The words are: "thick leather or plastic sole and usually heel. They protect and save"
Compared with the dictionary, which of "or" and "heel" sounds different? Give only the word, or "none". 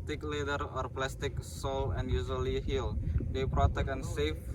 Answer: none